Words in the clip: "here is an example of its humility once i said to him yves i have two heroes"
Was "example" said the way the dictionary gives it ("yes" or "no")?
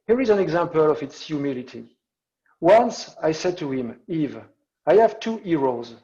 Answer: yes